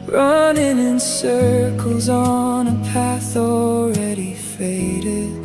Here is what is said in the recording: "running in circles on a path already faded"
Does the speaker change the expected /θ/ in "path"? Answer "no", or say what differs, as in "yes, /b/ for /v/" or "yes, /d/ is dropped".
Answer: no